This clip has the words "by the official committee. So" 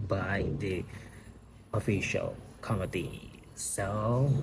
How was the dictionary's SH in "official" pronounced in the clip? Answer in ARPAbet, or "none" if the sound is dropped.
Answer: SH